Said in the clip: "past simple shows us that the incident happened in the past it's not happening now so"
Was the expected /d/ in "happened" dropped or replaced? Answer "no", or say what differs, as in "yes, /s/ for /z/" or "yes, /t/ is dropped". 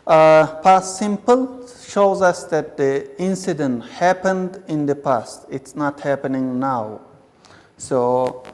no